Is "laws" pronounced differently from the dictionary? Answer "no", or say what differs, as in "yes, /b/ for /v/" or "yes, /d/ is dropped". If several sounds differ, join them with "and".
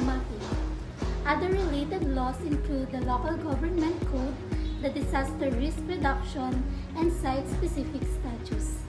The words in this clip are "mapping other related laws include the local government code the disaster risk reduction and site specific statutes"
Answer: yes, /s/ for /z/